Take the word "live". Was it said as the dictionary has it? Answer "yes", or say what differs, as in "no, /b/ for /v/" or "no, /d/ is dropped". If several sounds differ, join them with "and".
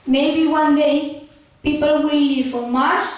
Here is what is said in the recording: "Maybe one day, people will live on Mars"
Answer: no, /f/ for /v/